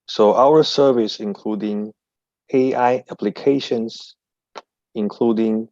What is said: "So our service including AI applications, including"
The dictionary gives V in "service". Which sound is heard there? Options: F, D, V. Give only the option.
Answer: V